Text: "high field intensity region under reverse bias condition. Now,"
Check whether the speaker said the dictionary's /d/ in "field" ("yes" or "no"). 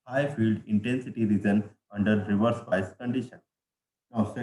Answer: yes